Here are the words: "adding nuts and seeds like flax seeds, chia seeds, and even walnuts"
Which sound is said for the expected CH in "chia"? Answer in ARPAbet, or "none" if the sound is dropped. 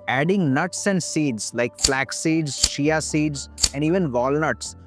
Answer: SH